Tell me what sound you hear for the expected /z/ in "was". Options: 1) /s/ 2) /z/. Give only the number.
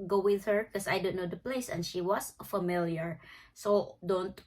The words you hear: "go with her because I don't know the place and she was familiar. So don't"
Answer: 1